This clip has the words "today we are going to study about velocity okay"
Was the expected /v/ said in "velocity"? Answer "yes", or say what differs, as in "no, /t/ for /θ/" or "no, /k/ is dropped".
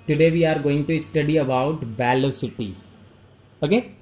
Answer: no, /b/ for /v/